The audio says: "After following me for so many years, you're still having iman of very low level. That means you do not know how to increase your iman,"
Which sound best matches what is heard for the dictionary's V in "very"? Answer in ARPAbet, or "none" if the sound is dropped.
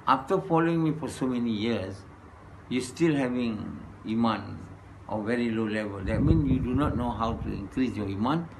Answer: V